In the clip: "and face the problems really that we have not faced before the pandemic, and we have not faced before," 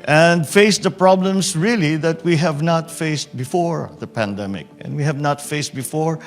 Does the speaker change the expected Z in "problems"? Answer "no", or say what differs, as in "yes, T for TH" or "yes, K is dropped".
yes, S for Z